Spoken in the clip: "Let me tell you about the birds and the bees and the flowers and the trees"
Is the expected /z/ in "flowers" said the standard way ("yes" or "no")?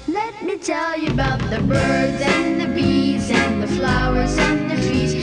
yes